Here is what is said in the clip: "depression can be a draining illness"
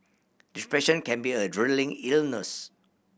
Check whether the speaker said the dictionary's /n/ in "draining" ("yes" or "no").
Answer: no